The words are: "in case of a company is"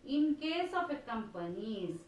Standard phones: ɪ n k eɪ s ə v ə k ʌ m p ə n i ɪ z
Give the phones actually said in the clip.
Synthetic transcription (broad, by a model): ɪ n k eɪ s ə p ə k ʌ m p ə n i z